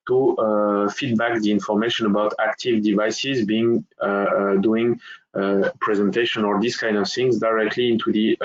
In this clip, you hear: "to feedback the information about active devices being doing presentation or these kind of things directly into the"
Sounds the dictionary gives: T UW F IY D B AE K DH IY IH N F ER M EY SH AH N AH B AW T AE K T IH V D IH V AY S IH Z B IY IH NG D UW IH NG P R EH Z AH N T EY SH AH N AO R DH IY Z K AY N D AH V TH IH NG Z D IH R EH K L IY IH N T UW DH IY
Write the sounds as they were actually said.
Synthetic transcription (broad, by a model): T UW F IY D B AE K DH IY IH N F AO M EY SH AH N AH B AW T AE K T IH V D IH V AY S IH Z B IY IH NG D UW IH NG P R EH Z AH N T EY SH AH N AO R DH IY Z K AY N D AH V TH IH NG Z D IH R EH K L IY IH N T UW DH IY